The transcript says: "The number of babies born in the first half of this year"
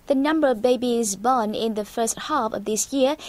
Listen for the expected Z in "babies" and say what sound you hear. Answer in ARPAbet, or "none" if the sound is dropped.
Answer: Z